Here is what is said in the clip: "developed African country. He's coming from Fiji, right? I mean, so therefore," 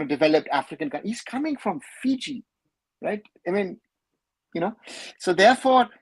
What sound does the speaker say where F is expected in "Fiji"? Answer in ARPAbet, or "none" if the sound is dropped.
F